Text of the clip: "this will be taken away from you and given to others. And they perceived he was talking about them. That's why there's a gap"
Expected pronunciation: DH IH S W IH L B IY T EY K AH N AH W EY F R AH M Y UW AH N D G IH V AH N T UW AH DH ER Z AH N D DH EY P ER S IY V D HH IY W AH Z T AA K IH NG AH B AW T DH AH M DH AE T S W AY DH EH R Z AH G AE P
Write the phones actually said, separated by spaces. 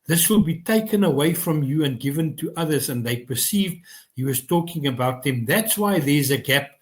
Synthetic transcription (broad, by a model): DH IH S W IH L B IY T EY K AH N AH W EY F R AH M Y UW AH N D G IH V AH N T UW AH DH ER Z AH N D DH EY P ER S IY V D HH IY W AH Z T AA K IH NG AH B AW T DH AH M DH AE T S W AY DH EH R Z AH G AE P